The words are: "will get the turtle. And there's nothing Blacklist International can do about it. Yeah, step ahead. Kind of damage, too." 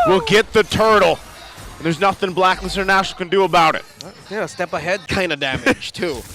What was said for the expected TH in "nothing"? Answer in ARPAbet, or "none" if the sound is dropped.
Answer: TH